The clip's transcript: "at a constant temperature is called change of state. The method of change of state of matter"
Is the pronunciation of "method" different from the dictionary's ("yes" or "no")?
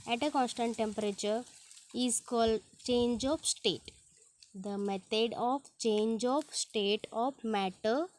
yes